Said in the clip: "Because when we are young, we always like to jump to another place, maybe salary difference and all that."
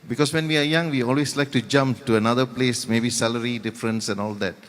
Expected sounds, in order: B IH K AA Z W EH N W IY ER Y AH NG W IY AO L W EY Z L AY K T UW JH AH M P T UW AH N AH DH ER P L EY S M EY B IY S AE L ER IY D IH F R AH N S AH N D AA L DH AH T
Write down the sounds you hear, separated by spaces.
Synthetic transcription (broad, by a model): B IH K AA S W EH N W IY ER Y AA NG W IY AO L W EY S L AY K T UW JH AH M P T UW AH N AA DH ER P L EY S M EY B IY S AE L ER IY D IH F R AH N S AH N AA L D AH T